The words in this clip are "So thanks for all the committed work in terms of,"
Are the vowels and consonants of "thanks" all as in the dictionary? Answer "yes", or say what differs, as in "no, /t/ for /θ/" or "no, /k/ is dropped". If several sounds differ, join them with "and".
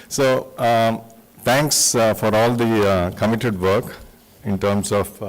no, /t/ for /θ/